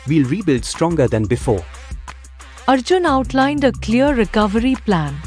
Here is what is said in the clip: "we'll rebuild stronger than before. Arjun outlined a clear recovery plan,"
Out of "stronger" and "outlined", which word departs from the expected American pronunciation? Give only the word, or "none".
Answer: none